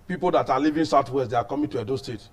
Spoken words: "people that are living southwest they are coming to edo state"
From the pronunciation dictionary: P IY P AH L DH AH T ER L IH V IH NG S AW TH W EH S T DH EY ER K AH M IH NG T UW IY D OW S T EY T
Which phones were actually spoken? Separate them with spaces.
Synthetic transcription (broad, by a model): P IY P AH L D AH T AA L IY V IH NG S AW T W EH S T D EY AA K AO M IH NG T UW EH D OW S T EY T